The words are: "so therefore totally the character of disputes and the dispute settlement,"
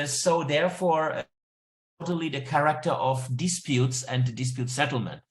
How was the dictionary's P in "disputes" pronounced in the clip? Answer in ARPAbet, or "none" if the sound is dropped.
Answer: P